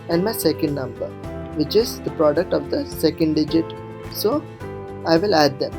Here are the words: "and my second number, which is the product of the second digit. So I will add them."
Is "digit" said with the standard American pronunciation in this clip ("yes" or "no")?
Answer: yes